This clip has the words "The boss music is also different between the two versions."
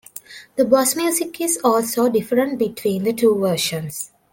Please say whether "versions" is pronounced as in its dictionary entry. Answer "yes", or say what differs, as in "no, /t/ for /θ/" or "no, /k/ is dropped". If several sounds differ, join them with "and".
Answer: no, /ʃ/ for /ʒ/ and /s/ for /z/